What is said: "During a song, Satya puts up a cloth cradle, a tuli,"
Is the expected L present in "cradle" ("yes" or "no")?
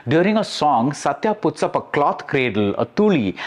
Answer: yes